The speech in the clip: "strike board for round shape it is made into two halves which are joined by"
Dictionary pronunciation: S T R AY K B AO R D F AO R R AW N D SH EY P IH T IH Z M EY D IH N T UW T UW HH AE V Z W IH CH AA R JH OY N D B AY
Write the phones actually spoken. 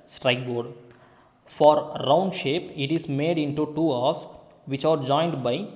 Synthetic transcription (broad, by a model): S T R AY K B AO R D F AO R R AW N D SH EY P IH T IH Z M EY D IH N T UW T UW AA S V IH CH AA R JH OY N D B AY